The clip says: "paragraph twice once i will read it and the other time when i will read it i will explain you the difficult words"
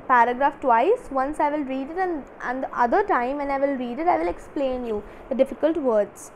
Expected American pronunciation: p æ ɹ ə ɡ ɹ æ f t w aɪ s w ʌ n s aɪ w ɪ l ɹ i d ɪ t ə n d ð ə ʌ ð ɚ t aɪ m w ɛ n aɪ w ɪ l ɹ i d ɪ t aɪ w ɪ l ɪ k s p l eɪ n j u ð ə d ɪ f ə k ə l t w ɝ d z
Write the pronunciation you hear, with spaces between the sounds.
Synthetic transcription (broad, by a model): p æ ɹ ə ɡ ɹ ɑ f t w aɪ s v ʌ n s aɪ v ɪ l ɹ i d ɪ t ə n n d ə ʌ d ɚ t aɪ m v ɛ n aɪ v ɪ l ɹ i d ɪ t aɪ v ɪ l ɪ k s p l eɪ n j u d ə d ɪ f ə k ə l t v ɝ d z